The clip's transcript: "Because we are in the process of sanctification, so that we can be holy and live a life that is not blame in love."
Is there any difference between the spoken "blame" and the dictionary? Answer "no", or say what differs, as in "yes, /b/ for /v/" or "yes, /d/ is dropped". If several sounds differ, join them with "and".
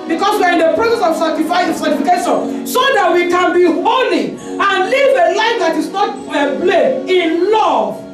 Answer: yes, /m/ is dropped